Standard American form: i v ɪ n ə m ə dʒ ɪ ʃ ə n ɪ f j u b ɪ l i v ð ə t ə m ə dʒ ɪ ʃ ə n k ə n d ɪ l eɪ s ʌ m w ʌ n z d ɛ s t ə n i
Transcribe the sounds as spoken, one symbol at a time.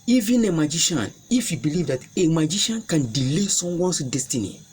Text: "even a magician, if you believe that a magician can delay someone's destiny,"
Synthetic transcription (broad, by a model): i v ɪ n ə m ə dʒ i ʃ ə n ɪ f j u b ɪ l i v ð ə t ə m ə dʒ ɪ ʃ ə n k ə n d ɪ l eɪ s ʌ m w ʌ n s d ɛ s t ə n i